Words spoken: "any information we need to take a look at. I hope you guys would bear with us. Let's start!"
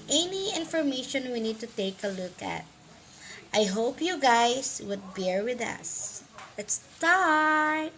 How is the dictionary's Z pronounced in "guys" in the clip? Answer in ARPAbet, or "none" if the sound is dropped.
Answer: S